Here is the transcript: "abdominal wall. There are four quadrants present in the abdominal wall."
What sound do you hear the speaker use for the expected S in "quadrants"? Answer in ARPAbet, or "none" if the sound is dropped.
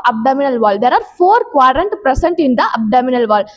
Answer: none